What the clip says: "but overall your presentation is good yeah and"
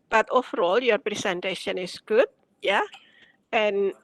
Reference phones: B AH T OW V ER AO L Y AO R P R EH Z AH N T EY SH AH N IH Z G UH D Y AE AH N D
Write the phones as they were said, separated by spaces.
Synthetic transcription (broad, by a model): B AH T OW F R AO L Y AO R P R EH S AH N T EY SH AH N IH S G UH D Y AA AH N